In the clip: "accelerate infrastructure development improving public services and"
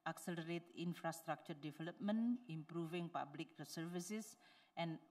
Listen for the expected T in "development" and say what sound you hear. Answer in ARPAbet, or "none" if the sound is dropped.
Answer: none